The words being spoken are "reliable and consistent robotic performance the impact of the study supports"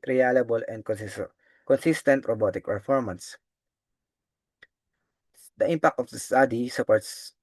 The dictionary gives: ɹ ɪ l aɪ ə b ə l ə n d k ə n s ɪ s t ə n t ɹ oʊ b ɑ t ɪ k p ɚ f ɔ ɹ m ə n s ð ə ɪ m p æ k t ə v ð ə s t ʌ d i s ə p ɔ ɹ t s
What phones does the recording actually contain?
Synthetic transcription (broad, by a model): ɹ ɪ l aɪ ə b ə l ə n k k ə n s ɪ s t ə n t ɹ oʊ b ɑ t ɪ k p ɚ f ɔ ɹ m ə n s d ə ɪ m p æ k t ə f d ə s t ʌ d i s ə p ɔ ɹ t s